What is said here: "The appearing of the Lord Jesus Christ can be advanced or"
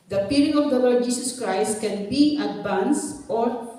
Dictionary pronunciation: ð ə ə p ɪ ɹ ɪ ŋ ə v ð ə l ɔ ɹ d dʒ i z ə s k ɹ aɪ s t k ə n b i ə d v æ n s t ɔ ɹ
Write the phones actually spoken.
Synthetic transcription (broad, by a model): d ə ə p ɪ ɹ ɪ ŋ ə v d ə l ɔ ɹ d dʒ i s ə s k ɹ aɪ s t k ə n b i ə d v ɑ n s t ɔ ɹ